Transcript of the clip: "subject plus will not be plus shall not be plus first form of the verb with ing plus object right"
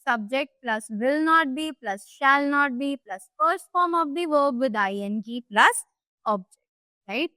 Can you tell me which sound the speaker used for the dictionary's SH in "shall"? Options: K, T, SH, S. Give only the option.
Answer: SH